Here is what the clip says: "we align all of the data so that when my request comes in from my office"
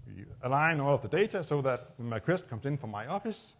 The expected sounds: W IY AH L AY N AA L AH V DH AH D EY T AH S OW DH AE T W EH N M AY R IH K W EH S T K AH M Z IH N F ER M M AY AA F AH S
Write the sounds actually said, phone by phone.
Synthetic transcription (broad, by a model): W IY AH L AY N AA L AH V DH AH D EY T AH S OW DH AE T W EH N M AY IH K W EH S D K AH M S IH N F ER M M AY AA F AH S